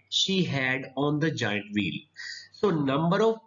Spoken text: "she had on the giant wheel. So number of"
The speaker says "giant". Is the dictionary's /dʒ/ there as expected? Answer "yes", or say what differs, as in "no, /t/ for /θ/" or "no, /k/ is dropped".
yes